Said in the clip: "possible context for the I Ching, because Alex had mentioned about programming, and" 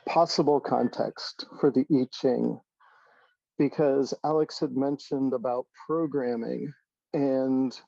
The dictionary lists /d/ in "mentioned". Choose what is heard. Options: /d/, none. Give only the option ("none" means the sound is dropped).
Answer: /d/